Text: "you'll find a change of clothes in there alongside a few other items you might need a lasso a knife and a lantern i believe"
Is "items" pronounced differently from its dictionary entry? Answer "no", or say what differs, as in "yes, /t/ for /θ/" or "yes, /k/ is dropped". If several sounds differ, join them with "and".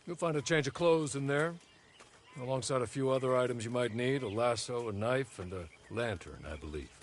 no